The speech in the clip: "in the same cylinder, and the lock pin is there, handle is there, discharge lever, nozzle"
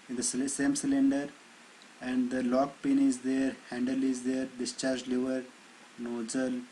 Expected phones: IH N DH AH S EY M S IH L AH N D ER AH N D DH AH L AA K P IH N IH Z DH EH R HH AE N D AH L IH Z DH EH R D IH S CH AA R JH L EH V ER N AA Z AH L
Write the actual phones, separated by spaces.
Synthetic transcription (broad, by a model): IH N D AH S EY M S IH L AH N D ER AH N D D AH L AA K P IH N IH Z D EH R HH AE N D AH L IH Z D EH R D IH S CH AA R JH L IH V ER N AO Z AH L